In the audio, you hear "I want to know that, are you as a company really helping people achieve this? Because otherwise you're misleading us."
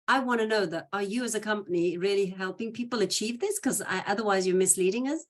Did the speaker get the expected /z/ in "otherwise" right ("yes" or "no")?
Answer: yes